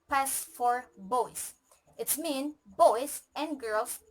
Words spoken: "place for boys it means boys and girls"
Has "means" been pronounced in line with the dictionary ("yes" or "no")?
no